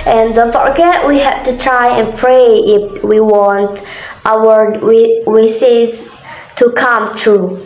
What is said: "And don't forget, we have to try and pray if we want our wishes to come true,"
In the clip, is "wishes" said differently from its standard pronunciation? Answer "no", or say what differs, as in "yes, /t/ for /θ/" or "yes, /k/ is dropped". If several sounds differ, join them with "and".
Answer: yes, /s/ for /ʃ/